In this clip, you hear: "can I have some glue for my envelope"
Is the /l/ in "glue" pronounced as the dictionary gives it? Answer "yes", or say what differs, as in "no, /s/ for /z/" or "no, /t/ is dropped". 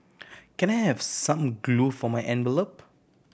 yes